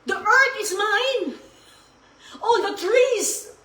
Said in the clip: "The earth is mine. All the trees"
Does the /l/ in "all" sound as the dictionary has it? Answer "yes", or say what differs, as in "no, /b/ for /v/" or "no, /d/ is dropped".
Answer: no, /n/ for /l/